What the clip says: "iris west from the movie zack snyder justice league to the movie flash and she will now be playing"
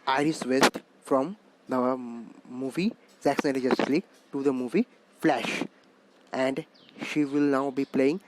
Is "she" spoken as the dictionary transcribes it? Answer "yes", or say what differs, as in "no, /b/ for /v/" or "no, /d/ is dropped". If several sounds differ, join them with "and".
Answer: yes